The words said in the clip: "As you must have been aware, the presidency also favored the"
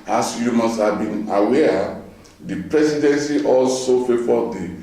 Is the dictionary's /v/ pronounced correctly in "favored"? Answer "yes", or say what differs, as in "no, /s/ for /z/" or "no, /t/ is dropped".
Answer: no, /f/ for /v/